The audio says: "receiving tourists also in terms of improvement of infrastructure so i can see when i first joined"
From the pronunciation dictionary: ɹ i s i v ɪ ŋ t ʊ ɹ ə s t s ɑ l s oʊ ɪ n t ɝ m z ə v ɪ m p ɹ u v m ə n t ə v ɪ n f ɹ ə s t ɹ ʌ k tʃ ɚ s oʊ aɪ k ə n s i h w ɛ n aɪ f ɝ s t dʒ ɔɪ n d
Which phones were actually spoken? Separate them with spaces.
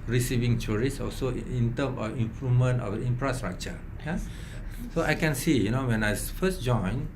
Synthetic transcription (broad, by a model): ɹ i s i v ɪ ŋ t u ɹ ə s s ɑ l s oʊ ɪ n t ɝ m ə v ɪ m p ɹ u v m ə n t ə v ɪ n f ɹ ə s t ɹ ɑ k tʃ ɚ s oʊ aɪ k ə n s i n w ɛ n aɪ f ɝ s dʒ ɔɪ n